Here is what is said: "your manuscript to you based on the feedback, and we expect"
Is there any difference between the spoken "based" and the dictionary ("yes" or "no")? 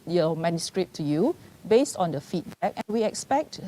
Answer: no